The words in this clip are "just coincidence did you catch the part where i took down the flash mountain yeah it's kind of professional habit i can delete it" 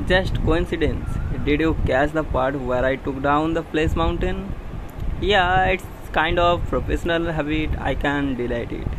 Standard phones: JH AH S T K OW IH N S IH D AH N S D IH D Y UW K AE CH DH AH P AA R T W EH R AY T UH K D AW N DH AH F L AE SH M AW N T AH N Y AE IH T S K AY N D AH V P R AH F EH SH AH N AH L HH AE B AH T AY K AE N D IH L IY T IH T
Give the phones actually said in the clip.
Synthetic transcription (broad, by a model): JH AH S T K OW IH N S IH D AH N S D IH D Y UW K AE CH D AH P AA R T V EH R AY T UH K D AW N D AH P L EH S M AW N T AH N Y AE IH T S K AY N D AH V P R AH F EH SH AH N AH L HH AE B AH T AY K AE N D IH L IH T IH T